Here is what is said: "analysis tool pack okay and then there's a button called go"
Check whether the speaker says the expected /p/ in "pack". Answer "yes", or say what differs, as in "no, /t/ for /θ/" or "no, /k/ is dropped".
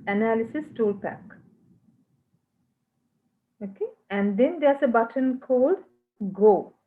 yes